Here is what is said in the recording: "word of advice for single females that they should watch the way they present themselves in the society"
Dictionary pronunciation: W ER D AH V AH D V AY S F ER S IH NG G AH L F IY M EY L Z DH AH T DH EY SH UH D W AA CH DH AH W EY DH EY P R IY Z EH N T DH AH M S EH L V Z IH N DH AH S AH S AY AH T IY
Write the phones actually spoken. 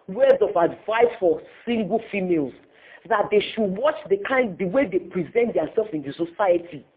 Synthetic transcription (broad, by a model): W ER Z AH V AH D V AY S F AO S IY NG G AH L F IY M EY L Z DH AH T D EY SH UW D W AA CH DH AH W EY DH EY P R IY Z EH N T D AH S EH L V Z IH N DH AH S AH S AY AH T IY